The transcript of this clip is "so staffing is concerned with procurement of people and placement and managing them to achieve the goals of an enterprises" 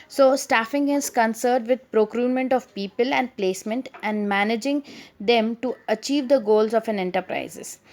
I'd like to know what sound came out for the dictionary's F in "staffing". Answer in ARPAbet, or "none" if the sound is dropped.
F